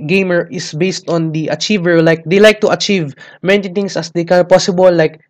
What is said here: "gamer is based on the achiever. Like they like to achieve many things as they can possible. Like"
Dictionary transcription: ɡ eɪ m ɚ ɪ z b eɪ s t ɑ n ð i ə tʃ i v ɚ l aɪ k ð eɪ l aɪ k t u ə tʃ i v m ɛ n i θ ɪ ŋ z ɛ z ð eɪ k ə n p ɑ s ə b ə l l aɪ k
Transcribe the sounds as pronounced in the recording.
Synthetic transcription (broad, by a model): ɡ eɪ m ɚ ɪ s b eɪ s t ɑ n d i ə tʃ i v ɚ l aɪ k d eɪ l aɪ k t u ə tʃ i v m ɛ n i t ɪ ŋ s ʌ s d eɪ k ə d p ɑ s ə b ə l l aɪ k